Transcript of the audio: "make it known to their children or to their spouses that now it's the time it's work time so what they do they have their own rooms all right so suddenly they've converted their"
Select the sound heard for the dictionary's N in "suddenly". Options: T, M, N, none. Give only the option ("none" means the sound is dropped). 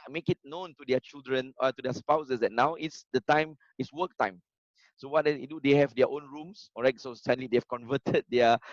none